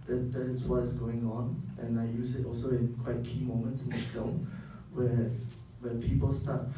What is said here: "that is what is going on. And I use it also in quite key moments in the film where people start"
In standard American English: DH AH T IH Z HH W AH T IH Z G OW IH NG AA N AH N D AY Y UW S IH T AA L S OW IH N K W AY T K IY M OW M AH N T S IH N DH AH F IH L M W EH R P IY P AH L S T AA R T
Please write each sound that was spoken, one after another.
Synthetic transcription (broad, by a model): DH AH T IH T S W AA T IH S G OW IH NG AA N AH N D AY Y UW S IH T AA L S OW IH N K W AY T K IY M OW M AH N T S IH N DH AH F IH L M W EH W P IY P AH L S T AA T